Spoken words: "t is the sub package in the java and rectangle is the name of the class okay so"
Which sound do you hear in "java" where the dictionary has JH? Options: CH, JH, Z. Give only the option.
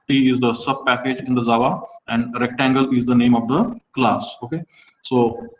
Z